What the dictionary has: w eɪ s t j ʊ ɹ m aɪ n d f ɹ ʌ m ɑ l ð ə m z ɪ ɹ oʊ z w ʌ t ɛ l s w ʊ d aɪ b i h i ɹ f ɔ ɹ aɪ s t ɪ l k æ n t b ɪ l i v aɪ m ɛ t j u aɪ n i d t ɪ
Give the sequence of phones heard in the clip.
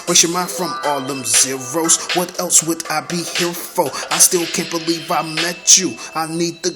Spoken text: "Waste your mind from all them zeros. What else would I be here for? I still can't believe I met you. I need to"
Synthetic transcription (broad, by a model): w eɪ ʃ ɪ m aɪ f ɹ ʌ m ɑ l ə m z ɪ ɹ oʊ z w ʌ t ɛ l s w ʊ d aɪ b i h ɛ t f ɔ l aɪ s t ɪ l k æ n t b ɪ l i v aɪ m ɛ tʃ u aɪ n i d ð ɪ